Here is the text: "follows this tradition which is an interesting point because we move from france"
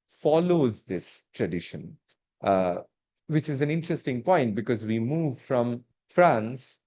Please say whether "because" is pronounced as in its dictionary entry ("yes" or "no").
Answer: yes